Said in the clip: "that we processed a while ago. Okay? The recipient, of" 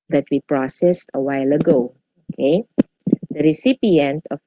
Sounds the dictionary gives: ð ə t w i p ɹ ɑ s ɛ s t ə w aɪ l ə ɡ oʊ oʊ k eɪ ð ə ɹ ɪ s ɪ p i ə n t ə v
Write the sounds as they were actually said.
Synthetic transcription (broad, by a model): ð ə t w i p ɹ ɑ s ɛ s t ə w aɪ l ə ɡ oʊ oʊ k eɪ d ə ɹ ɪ s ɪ p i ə n t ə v